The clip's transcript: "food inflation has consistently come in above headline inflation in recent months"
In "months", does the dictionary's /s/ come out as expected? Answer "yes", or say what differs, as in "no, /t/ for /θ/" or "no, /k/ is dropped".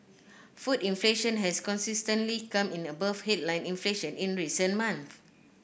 no, /s/ is dropped